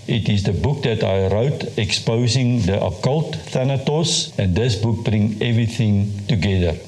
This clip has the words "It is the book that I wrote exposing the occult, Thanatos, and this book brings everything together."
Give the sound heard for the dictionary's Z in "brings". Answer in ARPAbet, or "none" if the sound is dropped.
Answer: none